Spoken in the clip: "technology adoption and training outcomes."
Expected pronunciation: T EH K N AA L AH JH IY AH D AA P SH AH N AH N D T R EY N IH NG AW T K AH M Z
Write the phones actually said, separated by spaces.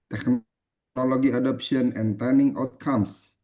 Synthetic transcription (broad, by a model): T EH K N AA L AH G IY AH D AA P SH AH N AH N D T EY N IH NG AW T K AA M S